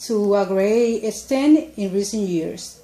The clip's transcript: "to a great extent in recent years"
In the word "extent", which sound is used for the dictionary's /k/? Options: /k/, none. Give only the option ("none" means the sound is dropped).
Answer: none